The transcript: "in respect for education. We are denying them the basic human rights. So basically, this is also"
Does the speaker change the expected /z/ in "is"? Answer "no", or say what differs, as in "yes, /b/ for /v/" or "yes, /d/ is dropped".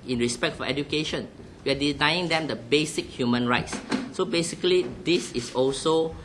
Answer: yes, /s/ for /z/